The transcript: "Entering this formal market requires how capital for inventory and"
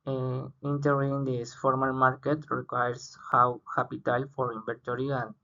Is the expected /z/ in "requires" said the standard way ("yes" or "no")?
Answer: no